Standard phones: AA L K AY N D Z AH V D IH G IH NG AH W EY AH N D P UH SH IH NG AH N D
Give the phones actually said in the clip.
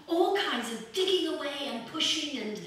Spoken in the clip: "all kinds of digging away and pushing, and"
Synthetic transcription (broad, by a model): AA L K AY N D Z AH V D IH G IH NG AH W EY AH N P UH SH IH NG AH N